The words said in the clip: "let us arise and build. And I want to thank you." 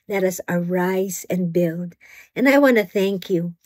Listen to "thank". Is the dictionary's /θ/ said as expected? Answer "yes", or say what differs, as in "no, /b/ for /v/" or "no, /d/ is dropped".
yes